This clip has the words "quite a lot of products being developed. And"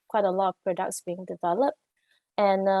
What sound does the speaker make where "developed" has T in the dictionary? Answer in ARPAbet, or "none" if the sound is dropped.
T